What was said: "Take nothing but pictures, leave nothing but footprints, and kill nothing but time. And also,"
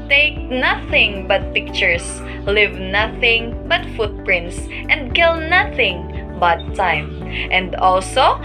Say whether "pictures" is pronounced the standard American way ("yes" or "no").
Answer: no